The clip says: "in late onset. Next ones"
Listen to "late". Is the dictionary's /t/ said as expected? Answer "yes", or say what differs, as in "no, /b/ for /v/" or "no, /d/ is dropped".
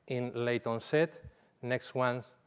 yes